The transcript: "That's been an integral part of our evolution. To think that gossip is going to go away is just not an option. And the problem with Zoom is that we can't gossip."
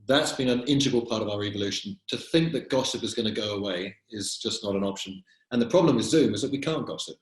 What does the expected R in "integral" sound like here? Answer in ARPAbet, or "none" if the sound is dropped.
none